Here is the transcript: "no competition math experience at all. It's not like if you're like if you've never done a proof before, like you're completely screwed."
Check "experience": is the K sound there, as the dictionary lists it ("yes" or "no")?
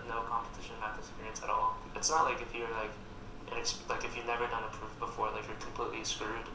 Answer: no